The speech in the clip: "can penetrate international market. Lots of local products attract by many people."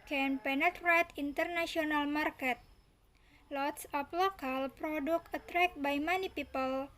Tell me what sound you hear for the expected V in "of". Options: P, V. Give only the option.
P